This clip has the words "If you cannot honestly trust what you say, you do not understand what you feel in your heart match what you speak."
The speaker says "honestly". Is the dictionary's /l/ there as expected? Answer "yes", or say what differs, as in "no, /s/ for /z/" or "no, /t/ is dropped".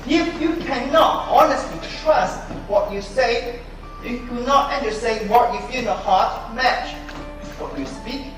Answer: yes